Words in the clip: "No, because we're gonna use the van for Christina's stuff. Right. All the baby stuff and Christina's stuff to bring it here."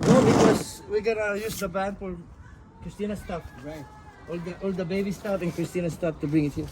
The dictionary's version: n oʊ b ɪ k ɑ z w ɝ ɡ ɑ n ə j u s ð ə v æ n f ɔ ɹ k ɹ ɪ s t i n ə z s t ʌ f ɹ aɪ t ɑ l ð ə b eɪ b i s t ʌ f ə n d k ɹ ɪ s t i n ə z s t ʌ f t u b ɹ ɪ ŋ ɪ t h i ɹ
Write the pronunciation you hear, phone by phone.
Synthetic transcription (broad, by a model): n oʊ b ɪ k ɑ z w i ɡ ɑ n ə j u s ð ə b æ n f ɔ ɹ k ɹ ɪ s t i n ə s t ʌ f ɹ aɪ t ɑ l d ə b eɪ b i s t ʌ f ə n k ɹ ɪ s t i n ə s t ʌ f t u b ɹ ɪ ŋ ɪ t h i